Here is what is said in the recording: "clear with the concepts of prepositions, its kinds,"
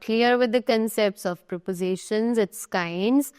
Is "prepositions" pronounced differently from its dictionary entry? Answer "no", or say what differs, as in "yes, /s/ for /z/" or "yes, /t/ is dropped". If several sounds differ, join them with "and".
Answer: no